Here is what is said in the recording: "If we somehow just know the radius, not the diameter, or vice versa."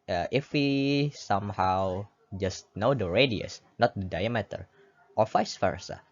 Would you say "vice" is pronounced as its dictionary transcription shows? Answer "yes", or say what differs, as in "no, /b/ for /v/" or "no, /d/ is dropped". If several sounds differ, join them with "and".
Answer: no, /f/ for /v/